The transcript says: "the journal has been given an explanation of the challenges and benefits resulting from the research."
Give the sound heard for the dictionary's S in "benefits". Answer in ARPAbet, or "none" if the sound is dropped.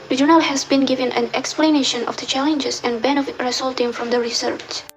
none